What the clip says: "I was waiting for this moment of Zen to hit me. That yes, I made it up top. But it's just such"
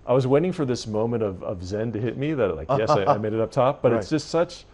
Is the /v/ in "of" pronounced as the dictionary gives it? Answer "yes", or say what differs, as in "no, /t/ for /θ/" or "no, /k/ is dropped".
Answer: yes